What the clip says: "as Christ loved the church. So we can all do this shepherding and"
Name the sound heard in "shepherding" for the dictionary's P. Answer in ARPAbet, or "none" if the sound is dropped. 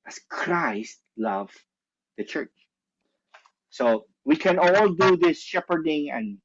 P